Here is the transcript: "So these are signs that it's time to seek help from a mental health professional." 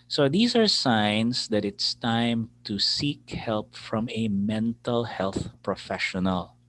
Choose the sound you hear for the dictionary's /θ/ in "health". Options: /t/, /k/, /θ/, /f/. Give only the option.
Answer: /θ/